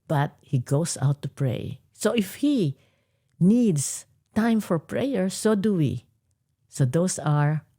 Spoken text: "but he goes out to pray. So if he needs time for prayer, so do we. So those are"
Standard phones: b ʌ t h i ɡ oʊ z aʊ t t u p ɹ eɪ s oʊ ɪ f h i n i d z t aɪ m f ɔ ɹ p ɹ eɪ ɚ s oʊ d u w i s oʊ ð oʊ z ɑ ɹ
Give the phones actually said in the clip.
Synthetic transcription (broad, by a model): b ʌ t h i ɡ oʊ s aʊ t t u p ɹ eɪ s oʊ ɪ f h i n i d s t aɪ m f ɔ ɹ p ɹ eɪ ɚ s oʊ d u w i s oʊ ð oʊ s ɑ ɹ